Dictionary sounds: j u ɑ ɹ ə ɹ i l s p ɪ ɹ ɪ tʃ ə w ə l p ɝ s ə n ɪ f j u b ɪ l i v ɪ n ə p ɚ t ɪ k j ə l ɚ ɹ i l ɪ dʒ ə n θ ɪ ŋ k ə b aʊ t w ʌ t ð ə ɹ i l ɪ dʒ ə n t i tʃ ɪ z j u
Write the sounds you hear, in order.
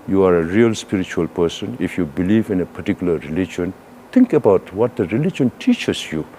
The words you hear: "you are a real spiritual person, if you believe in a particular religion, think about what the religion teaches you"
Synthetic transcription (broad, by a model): j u ɑ ɹ ə ɹ i l s p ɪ ɹ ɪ tʃ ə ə l p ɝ s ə n ɪ f j u b ɪ l i v ɪ n ə p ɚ t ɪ k j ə l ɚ ɹ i l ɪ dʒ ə n t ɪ ŋ k ə b aʊ t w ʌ t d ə ɹ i l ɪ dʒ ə n t i tʃ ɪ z j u